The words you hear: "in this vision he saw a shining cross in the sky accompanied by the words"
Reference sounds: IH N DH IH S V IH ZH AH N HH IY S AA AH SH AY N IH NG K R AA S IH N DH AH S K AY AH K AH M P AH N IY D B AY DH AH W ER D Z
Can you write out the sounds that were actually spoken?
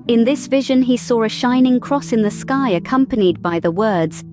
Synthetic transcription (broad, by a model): IH N DH IH S V IH ZH AH N IY S AA AH SH AY N IH NG K R AA S IH N DH AH S K AY AH K AH M P AH N IY D B AY DH AH W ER D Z